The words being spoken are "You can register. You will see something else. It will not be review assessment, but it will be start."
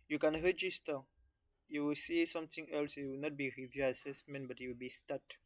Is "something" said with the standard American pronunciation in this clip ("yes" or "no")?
no